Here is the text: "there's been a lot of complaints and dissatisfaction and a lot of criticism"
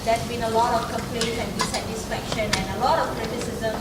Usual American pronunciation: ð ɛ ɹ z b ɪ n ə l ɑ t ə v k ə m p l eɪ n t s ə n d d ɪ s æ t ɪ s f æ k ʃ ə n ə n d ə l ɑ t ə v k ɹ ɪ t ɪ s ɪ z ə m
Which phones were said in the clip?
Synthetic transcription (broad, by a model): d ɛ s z b ɪ n ə l ɑ t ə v k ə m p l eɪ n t ə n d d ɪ s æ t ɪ s f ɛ k ʃ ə n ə n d ə l ɑ t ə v k ɹ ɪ t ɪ s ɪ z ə m